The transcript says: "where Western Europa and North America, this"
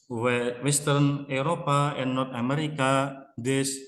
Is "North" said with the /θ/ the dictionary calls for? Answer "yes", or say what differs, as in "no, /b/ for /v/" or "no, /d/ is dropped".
no, /t/ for /θ/